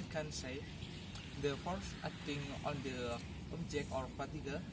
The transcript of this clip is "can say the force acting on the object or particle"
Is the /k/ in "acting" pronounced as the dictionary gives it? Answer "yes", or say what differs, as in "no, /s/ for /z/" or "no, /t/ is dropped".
no, /k/ is dropped